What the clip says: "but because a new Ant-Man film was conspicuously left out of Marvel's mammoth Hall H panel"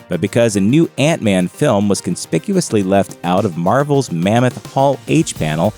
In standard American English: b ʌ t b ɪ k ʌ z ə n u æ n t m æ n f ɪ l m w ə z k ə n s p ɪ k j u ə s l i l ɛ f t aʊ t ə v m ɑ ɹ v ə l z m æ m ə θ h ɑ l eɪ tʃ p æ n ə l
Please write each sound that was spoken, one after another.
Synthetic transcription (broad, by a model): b ʌ t b ɪ k ʌ z ə n u æ n t m æ n f ɪ l m w ə z k ə n s p ɪ k j u ə s l i l ɛ f t aʊ t ə v m ɑ ɹ v l z m æ m ə θ h ɑ l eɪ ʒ p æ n l